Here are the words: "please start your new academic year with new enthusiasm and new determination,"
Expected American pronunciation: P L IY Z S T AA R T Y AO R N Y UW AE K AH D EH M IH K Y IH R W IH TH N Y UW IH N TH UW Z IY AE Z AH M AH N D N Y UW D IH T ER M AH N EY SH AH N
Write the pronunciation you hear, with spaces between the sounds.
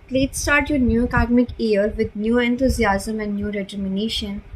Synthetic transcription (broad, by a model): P L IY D S T AA R T Y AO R N Y UW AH K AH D M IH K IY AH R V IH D N Y UW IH N T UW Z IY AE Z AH M AH N D N Y UW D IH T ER M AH N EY SH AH N